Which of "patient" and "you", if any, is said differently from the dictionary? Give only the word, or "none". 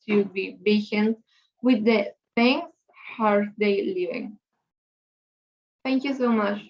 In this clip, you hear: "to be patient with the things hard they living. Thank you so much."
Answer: patient